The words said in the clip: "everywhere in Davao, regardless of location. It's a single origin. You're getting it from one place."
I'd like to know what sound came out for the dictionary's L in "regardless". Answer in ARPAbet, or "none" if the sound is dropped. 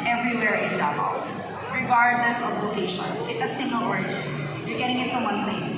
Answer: N